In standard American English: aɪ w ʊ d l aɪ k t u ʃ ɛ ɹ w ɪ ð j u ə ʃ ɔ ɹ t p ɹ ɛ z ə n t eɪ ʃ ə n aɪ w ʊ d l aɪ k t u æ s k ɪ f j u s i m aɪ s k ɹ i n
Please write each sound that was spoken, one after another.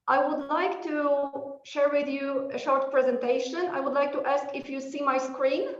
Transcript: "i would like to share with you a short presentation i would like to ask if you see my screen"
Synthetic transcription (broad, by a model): aɪ w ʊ d l aɪ k t u ʃ ɛ ɹ w ɪ ð j u ə ʃ ɔ ɹ t p ɹ ɛ z ə n t eɪ ʃ ə n aɪ w ʊ d l aɪ k t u æ s k ɪ f j u s i m aɪ s k ɹ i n